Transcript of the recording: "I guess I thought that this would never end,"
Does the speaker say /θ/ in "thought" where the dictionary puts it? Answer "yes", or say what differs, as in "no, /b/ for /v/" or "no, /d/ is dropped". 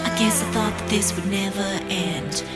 yes